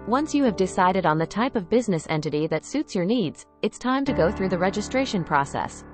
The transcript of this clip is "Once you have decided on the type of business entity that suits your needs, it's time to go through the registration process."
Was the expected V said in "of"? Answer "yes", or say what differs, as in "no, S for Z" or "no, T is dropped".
yes